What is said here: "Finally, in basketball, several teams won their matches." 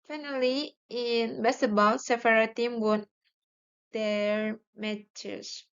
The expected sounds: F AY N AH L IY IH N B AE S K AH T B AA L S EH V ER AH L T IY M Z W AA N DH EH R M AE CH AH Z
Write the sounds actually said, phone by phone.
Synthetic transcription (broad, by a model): F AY N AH L IY IH N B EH S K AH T B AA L S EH F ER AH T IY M W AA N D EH R M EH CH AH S